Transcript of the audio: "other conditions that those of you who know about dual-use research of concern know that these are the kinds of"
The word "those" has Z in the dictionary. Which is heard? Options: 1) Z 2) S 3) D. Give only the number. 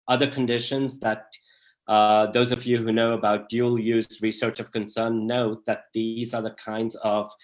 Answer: 1